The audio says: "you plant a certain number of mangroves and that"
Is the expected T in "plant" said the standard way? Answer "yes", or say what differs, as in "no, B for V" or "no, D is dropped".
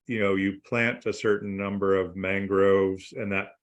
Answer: yes